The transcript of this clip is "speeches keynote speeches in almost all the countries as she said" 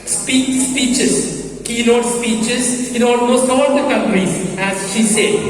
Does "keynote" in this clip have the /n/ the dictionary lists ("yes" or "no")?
no